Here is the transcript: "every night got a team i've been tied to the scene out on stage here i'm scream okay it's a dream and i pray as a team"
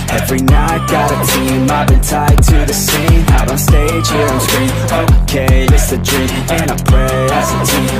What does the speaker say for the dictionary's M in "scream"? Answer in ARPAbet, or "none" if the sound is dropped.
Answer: none